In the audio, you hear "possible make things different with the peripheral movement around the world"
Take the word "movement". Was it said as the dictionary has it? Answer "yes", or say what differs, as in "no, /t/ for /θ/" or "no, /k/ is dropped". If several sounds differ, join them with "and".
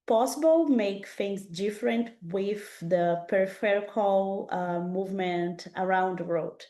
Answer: yes